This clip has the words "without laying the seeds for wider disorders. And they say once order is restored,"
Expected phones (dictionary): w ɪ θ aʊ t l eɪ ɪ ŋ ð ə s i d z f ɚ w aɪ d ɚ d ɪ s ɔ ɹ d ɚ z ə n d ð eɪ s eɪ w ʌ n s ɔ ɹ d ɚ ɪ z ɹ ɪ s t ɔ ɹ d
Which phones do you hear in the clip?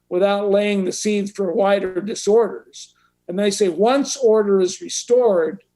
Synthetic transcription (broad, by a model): w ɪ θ aʊ t l eɪ ɪ ŋ ð ə s i d z f ɚ w aɪ d ɚ d ɪ s ɔ ɹ d ɚ z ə n ð eɪ s eɪ w ʌ n s ɔ ɹ d ɚ ɪ z ɹ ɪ s t ɔ ɹ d